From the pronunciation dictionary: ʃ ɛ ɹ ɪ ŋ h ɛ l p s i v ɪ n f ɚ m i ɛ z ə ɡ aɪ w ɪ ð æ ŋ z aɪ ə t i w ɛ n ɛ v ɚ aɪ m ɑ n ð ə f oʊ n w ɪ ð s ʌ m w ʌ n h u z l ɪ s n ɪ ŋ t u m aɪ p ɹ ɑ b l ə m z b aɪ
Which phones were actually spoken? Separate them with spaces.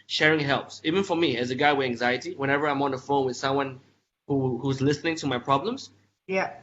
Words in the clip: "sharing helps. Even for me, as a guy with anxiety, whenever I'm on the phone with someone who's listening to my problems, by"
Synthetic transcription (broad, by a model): ʃ ɛ ɹ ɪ ŋ h ɛ l p s i v ɪ n f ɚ m i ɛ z ə ɡ aɪ w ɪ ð æ ŋ z aɪ ə t i w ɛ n ɛ v ɚ aɪ m ɑ n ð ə f oʊ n w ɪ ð s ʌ m w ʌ n h u z l ɪ s n ɪ ŋ t u m aɪ p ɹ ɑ b l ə m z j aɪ